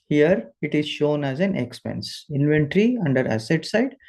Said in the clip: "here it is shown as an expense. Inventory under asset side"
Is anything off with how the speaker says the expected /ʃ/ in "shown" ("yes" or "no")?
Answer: no